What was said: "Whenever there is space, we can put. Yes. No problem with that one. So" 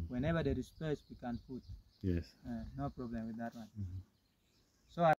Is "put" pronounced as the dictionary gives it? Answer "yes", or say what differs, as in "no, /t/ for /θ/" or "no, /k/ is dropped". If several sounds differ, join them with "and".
no, /f/ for /p/